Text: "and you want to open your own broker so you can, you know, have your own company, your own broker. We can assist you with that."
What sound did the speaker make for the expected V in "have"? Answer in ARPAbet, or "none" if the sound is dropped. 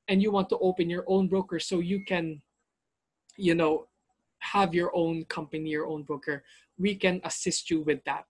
V